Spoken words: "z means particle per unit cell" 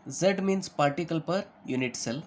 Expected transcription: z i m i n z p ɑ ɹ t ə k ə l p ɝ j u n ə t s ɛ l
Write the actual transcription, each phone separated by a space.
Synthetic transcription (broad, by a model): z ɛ m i n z p ɑ ɹ t ə k ə l p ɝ j u n ə t s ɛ l